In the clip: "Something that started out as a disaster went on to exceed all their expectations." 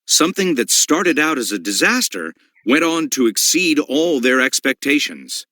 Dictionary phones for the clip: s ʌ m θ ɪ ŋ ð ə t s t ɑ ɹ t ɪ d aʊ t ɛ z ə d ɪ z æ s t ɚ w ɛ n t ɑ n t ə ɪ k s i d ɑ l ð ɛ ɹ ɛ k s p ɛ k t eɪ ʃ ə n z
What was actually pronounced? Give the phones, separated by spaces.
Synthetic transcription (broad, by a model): s ʌ m θ ɪ ŋ ð ə t s t ɑ ɹ t ɪ d aʊ t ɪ z ə d ɪ z æ s t ɚ w ɛ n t n t ə ɪ k s i d ɑ l ð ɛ ɹ ɛ k s p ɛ k t eɪ ʃ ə n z